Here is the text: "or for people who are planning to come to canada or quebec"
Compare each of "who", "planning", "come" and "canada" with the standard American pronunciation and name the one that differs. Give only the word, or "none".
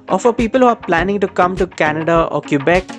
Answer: none